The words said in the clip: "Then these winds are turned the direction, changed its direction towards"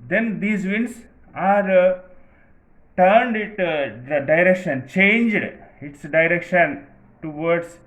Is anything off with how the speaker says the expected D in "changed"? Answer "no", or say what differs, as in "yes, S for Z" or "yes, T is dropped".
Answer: no